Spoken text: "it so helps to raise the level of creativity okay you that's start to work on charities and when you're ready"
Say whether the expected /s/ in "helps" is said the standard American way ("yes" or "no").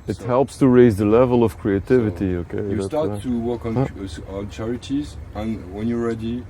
yes